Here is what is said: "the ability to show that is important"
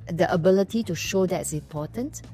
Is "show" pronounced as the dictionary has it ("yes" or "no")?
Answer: yes